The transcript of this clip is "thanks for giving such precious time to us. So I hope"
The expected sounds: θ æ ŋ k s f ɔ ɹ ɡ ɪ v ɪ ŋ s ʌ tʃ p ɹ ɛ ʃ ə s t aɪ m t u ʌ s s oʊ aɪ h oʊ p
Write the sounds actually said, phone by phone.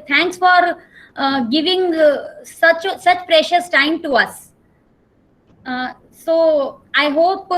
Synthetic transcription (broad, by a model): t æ ŋ k s f ɔ ɹ ɡ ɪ v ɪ ŋ s ʌ tʃ p ɹ ɛ ʃ ə s t aɪ m t u ʌ s s oʊ aɪ h oʊ p